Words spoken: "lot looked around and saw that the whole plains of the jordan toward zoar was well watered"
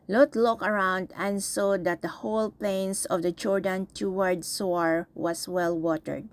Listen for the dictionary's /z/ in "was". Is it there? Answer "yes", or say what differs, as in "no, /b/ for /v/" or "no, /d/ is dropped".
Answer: no, /s/ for /z/